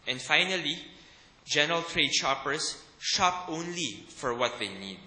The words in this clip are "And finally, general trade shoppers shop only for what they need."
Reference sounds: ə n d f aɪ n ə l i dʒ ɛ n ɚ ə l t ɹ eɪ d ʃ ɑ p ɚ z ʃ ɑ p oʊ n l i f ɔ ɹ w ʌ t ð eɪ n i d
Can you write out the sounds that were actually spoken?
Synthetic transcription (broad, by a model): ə n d f aɪ n ə l i dʒ ɛ n ɚ ə l t ɹ eɪ d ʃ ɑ p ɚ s ʃ ɑ p oʊ n l i f ɔ ɹ w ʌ t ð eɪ n i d